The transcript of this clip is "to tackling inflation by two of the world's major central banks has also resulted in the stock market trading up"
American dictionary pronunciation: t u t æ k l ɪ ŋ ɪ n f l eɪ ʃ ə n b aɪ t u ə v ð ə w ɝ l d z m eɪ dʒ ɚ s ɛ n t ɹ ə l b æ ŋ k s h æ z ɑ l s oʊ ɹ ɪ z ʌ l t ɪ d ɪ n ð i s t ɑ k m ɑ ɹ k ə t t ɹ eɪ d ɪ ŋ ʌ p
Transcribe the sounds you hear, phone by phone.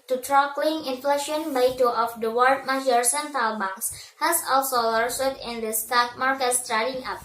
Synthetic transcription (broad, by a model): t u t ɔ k l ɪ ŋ ɪ n f l eɪ ʃ ə n b aɪ t u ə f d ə w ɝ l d m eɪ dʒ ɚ s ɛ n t ə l b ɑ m s h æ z ɑ l s oʊ l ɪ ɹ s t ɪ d ɪ n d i s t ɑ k m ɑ ɹ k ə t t ɹ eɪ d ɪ ŋ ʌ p